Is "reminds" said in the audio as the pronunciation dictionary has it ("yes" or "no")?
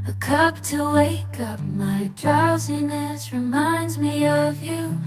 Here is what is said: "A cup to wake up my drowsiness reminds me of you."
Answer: yes